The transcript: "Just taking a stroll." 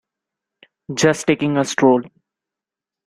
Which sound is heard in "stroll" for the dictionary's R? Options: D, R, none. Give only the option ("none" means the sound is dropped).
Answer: R